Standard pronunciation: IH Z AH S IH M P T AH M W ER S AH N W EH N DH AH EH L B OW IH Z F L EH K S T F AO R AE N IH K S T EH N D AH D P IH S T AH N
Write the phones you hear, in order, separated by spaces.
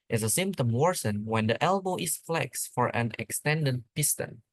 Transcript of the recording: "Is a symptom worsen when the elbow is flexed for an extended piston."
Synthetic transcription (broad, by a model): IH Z AH S IH M P T AH M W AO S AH N W EH N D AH EH L B OW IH S F L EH K S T F AO R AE N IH K S T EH N D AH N P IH S T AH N